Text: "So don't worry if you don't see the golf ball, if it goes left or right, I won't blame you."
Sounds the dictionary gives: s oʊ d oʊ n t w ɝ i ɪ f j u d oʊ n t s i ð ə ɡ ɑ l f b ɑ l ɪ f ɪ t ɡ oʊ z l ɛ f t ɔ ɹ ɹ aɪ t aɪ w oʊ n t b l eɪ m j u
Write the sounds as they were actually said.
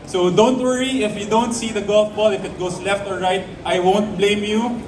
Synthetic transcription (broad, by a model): s oʊ d oʊ n t w ɝ i ɪ f j u d oʊ n t s i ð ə ɡ ɑ l f b ɑ l ɪ f ɪ t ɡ oʊ s l ɛ f t ɔ ɹ ɹ aɪ t aɪ w oʊ n t b l eɪ m j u